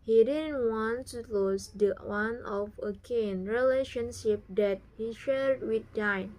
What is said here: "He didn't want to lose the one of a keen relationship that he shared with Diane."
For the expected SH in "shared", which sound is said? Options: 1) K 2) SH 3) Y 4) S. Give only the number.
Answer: 2